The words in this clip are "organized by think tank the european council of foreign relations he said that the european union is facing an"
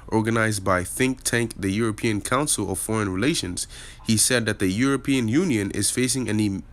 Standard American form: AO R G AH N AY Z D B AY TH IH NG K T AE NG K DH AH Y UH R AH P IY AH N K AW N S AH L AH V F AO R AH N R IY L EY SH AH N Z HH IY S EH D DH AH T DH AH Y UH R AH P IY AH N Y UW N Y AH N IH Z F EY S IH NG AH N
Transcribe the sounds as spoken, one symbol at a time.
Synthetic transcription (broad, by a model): AO R G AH N AY Z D B AY TH IH NG K T AE NG K DH AH Y UH R AH P IY AH N K AW N S L AH V F AO R AH N R IY L EY SH AH N Z HH IY S EH D DH AH T DH AH Y UH R AH P IY AH N Y UW N Y AH N IH Z F EY S IH NG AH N